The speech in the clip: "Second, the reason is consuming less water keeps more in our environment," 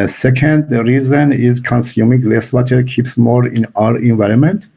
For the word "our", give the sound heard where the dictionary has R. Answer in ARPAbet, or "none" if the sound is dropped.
R